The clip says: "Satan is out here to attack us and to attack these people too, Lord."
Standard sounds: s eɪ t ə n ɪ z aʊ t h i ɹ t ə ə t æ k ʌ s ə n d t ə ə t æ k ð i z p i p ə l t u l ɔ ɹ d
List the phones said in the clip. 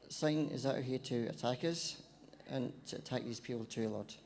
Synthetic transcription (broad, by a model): s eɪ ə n ɪ z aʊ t h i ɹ t ə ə t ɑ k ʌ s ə n t ə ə t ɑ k ð i z p i p ə l t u l ɔ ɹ